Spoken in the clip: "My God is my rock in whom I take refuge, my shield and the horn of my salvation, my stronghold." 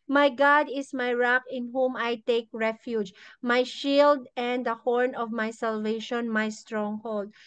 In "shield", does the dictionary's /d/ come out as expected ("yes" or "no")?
yes